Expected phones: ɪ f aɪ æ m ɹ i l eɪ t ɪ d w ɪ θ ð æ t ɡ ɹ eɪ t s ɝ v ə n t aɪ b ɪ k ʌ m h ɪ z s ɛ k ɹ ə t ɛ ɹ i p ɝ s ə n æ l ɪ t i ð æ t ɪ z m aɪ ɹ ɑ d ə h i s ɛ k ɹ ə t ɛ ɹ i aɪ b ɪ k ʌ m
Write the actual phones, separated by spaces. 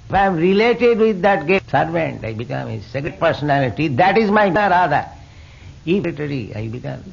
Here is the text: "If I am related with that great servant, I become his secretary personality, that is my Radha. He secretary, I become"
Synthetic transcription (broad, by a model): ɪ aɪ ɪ m ɹ i l eɪ t ɪ d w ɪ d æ t ɡ eɪ s ɝ v ə n t aɪ b ɪ k ʌ m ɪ s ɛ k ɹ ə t p ɝ s ə n æ l ɪ t i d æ t ɪ z m aɪ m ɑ d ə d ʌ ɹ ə t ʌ ɹ i aɪ b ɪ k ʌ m